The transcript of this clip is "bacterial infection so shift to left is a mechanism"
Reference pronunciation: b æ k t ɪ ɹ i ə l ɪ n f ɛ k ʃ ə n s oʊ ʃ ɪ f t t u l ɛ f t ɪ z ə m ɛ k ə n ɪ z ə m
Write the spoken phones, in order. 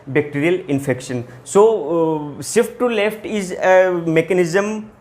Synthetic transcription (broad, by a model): b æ k t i ɹ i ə l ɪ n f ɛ k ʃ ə n s oʊ s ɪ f t t u l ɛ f t ɪ z ə m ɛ k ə n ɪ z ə m